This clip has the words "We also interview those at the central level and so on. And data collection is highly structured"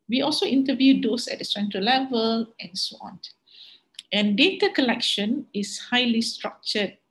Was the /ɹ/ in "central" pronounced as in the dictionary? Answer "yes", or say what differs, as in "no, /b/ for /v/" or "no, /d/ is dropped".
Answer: no, /ɹ/ is dropped